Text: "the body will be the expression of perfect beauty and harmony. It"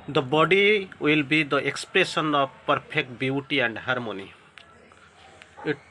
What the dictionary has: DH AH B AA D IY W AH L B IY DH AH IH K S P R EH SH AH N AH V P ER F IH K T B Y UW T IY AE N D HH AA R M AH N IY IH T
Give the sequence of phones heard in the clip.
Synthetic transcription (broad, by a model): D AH B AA D IY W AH L B IY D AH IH K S P R EH S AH N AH P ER P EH K T B Y UW T IY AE N D HH AA R M AH N IY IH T